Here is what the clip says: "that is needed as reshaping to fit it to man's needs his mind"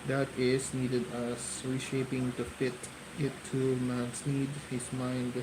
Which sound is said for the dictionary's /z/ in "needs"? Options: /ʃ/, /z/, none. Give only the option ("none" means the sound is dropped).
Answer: none